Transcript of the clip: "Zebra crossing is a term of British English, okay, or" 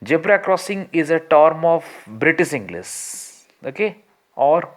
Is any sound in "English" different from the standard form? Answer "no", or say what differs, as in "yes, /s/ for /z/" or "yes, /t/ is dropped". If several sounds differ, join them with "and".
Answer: yes, /s/ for /ʃ/